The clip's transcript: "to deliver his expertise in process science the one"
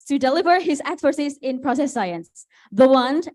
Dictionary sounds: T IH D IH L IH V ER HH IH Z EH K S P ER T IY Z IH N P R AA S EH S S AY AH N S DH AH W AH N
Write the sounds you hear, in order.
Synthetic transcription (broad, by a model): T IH D IH L IH V ER HH IH Z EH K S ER S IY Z IH N P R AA S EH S S AY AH N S DH AH W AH N